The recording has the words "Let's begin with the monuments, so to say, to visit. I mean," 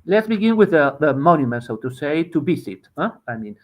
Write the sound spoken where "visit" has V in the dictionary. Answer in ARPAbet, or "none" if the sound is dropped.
B